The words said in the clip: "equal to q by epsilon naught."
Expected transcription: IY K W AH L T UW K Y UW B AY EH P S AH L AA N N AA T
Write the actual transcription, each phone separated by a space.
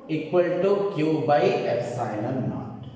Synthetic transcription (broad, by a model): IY K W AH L T UW K Y UW B AY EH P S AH N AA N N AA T